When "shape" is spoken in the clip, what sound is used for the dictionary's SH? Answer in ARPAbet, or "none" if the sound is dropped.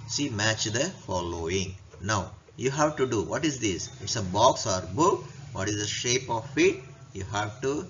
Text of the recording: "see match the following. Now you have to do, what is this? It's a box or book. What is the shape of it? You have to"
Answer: SH